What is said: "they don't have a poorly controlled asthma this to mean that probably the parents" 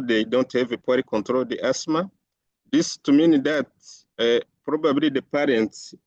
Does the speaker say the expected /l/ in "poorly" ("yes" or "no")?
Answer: no